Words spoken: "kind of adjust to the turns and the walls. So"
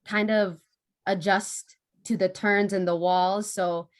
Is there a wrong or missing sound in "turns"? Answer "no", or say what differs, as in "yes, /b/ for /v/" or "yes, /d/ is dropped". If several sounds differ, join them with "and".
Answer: no